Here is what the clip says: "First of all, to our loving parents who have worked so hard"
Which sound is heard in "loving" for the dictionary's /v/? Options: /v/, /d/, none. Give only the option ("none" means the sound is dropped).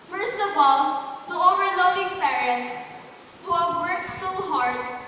none